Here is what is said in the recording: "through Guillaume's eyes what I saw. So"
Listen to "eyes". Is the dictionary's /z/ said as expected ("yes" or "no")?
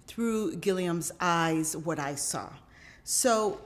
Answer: yes